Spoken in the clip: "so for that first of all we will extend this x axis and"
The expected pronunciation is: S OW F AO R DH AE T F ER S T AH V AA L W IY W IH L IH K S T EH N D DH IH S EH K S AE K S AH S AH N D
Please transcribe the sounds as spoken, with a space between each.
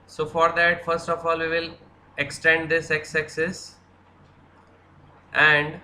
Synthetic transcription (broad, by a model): S OW F AO R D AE T F ER S T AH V AA L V IY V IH L IH K S T EH N D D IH S EH K S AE K S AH S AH N D